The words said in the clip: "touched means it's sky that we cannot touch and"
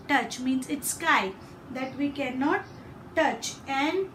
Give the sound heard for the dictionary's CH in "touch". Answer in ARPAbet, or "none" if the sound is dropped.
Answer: CH